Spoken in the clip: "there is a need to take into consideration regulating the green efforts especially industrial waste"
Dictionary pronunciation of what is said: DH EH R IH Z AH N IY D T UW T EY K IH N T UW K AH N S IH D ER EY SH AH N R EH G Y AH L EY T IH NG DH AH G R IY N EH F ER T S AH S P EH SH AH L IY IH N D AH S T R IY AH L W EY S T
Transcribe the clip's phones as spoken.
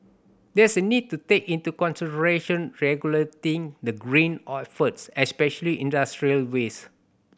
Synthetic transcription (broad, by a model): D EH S AH N IY D T UW T EY K IH N T UW K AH N S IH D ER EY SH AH N R EH G Y AH L EY T IH NG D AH G R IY N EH F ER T S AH S P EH SH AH L IY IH N D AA S T R IY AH L W EY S